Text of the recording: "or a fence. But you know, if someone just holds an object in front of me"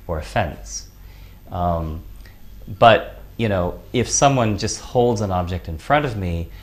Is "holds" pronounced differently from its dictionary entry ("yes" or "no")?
no